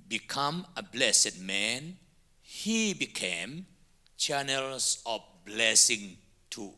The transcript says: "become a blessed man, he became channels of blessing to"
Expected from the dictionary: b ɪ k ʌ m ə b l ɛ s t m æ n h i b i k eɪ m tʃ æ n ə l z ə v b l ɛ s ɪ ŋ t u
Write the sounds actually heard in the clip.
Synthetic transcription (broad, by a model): b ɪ k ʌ m ə b l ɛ s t m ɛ n h i b i k eɪ m tʃ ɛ n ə l s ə f b l ɛ s ɪ ŋ t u